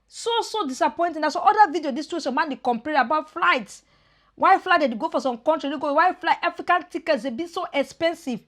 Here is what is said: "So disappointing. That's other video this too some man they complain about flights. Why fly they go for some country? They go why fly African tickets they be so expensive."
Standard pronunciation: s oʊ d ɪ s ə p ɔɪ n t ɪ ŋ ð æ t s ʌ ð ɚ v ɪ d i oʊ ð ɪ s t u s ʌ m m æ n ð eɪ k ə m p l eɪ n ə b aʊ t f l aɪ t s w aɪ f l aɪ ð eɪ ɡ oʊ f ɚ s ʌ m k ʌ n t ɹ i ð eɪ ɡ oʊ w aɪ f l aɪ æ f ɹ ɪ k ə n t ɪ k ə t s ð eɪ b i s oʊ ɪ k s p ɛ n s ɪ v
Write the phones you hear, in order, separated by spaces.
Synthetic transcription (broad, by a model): s oʊ d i s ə p ɔɪ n t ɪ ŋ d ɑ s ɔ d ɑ v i d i oʊ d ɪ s t u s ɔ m m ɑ n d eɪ k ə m p eɪ ə b aʊ t f l aɪ t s w aɪ f l aɪ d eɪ ɡ oʊ f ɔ s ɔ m k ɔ n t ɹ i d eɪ ɡ oʊ w aɪ f l aɪ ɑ f ɹ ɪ k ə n t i k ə t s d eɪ b i s oʊ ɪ k s p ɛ n s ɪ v